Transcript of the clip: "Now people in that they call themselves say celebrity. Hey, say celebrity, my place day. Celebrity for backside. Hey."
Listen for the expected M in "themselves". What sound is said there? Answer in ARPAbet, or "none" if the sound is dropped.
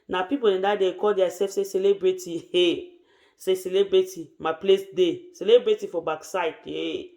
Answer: none